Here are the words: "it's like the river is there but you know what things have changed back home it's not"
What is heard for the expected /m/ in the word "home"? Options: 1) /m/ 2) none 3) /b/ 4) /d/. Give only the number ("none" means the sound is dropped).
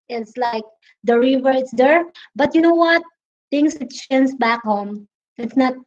1